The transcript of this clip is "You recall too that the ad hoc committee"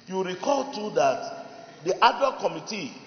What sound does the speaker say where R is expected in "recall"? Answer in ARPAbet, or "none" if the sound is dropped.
R